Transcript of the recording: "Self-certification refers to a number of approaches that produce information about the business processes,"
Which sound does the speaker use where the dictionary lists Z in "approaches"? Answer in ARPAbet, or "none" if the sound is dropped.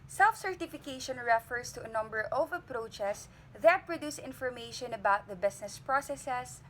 S